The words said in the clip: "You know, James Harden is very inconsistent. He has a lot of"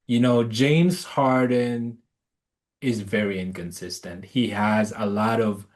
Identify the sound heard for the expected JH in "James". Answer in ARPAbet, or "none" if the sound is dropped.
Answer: JH